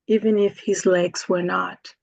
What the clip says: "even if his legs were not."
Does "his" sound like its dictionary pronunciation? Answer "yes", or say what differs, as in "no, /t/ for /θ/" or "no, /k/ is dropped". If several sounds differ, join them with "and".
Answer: yes